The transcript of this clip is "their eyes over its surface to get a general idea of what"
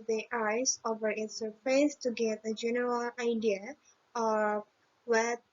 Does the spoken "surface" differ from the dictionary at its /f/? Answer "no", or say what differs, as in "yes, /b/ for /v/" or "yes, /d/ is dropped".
yes, /p/ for /f/